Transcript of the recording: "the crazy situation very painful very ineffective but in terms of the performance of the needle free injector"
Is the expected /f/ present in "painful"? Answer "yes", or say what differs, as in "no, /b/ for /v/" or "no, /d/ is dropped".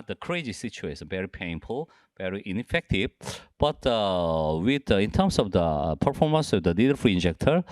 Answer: yes